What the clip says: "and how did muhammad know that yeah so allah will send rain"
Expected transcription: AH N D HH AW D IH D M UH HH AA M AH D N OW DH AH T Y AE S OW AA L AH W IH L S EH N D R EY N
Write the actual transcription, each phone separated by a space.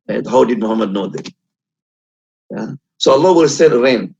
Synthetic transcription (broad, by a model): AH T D HH AW D IH D M UH HH AA M AH D N OW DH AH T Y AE S OW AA L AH W IH L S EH D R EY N